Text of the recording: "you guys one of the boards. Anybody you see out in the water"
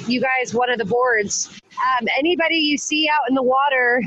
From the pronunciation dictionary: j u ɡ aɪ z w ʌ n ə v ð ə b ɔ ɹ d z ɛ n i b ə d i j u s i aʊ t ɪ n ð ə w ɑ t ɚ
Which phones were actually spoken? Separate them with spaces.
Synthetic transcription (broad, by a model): j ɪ ɡ aɪ z w ʌ n ə v ð ə b ɔ ɹ d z ɛ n i b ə d i j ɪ s i aʊ t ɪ n ð ə w ɑ t ɚ